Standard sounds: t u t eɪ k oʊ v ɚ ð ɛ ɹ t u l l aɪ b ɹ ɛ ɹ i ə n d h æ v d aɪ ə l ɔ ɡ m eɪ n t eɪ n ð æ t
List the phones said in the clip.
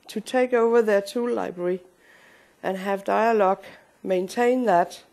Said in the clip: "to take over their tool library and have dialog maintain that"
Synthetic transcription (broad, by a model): t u t eɪ k oʊ v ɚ ð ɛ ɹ t u l l aɪ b ɹ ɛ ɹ i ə n h æ v d aɪ ə l ɔ ɡ m eɪ n t eɪ n ð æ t